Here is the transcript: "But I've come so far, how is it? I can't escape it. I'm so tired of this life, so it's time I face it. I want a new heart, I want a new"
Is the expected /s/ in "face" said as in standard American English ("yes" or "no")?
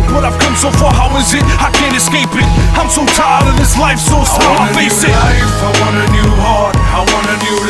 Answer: no